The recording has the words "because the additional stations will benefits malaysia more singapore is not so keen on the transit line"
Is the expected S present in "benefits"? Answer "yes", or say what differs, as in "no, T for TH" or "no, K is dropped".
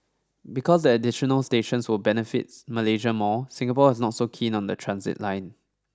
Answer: no, S is dropped